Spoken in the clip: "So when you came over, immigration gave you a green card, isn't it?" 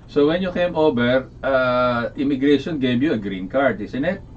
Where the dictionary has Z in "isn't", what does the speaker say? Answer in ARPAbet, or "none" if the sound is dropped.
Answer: S